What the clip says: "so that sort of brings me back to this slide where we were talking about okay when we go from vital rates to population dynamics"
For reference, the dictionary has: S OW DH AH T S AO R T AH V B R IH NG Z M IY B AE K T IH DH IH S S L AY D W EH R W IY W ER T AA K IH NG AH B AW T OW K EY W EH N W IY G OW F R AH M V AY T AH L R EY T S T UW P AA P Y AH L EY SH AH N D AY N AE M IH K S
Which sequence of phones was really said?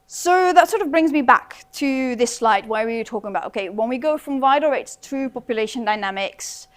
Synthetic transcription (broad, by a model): S OW DH AH T S AO R T AH V B R IH NG Z M IY B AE K T IH DH IH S S L AY D W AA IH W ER T AA K IH NG AH B AW T OW K EY W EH N W IY G OW F R AH M V AY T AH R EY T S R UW P AA P Y AH L EY SH AH N D AY N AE M IH K S